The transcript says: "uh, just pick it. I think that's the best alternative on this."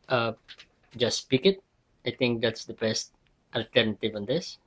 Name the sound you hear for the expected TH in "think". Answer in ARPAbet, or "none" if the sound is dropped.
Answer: T